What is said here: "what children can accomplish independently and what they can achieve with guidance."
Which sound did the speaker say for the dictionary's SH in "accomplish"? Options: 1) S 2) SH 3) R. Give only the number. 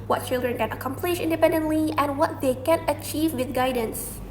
2